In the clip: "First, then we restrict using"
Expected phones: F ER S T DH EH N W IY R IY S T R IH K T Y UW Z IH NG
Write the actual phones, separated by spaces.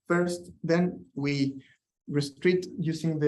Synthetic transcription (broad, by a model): F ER S T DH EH N W IY R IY S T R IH T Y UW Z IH NG